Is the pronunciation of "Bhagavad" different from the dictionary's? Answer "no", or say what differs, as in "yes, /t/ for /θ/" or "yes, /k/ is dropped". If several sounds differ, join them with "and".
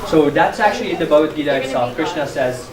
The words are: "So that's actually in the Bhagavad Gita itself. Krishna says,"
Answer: yes, /v/ is dropped